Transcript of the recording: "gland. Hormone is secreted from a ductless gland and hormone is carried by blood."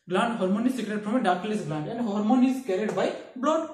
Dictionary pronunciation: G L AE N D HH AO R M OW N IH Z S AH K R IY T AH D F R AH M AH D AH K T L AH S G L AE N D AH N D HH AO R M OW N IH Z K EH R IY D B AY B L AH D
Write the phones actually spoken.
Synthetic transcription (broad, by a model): G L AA N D HH AO R M OW N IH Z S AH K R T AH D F R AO M AH D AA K L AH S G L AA N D AH N D HH AO R M OW N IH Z K EH R IY D B AY B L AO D